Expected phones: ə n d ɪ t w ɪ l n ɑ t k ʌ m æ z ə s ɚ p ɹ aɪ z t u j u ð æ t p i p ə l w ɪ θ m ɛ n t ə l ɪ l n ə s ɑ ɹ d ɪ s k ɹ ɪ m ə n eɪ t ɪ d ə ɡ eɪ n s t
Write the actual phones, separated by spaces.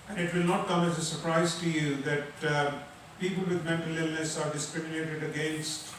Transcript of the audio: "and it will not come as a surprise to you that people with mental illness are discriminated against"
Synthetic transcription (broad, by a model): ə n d ɪ t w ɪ l n ɑ t k ʌ m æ z ə s ɚ p ɹ aɪ z t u j u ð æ t p i p ə l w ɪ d m ɛ n t ə l ɪ l n ə s ɑ ɹ d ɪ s k ɹ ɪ m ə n eɪ t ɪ d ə ɡ eɪ n s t